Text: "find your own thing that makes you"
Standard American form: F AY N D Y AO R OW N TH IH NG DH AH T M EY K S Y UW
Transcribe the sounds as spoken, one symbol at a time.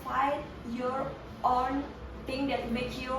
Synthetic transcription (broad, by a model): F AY Y AO R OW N T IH NG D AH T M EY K Y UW